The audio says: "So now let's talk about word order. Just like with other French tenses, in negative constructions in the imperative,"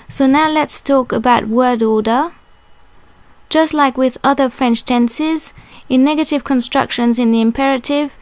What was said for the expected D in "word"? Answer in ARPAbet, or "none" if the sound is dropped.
D